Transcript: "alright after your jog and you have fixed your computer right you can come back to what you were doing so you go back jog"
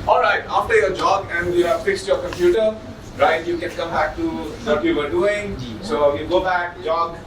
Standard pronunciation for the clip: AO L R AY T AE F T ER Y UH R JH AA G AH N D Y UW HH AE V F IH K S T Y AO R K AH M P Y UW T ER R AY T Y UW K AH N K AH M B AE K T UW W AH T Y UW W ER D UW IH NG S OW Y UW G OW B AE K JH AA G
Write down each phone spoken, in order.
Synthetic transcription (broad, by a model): AO L R AY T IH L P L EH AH JH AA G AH N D Y UW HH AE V F IH K S T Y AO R K AH M P Y UW T ER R AY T Y UW K AH N K AH M B AE K T UW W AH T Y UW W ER D UW IH NG S OW Y UW G OW B AE K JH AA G